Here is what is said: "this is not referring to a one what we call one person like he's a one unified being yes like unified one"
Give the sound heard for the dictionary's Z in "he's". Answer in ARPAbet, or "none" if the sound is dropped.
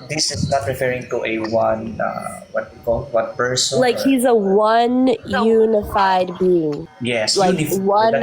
Z